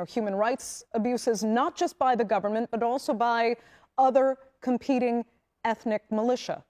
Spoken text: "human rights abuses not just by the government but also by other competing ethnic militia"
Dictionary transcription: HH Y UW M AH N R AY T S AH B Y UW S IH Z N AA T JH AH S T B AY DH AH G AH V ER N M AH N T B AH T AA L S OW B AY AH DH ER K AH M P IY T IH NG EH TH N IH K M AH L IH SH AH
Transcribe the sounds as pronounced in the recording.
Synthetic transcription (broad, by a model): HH Y UW M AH N R AY T S AH B Y UW S IH Z N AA T JH AH S T B AY DH AH G AH V ER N M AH N B AH T AA L S OW B AY AH DH ER K AH M P IY T IH NG EH TH N IH K M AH L IH SH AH